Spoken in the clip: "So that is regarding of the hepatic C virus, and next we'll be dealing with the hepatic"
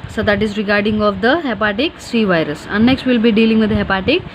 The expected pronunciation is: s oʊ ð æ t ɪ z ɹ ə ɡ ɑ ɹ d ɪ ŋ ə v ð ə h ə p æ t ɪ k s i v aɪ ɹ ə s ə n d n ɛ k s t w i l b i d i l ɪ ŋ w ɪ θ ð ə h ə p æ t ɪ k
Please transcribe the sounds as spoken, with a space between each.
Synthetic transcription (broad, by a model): s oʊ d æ t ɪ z ɹ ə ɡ ɑ ɹ d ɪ ŋ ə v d ə h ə p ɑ t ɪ k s i v aɪ ɹ ə s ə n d n ɛ k s t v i l b i d i l ɪ ŋ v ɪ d h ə p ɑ t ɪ k